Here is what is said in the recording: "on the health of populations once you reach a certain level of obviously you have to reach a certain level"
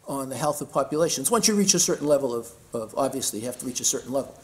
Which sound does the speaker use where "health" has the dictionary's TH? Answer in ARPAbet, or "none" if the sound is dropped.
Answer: TH